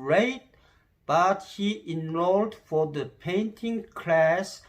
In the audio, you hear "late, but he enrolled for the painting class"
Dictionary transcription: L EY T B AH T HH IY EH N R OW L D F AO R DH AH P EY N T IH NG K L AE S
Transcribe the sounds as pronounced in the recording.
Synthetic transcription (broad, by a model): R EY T B AH T HH IY EH N R OW L D F AO R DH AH P EY N T IH NG K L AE S